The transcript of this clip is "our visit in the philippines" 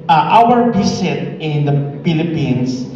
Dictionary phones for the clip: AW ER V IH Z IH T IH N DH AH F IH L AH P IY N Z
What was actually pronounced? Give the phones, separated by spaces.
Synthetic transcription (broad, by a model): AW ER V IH S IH T IH N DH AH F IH L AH P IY N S